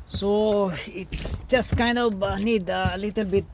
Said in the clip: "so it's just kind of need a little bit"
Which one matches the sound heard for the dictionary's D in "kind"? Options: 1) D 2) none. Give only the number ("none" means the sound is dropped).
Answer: 1